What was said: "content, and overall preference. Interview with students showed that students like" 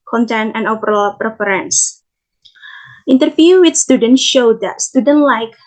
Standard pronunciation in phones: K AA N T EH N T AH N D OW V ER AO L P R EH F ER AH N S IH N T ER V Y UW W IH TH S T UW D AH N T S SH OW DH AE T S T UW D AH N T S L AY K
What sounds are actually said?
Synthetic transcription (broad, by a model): K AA N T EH N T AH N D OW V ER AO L P R EH F ER AH N S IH N T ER F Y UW W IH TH S T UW D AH N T SH OW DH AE T S T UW D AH N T L AY K